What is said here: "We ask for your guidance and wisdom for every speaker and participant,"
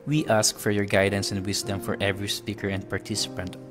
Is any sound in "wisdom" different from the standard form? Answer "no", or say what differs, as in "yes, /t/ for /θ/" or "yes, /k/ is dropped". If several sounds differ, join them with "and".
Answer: yes, /s/ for /z/